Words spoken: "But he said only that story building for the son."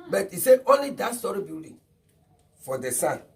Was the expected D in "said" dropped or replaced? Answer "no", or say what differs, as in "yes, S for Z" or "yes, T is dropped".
yes, D is dropped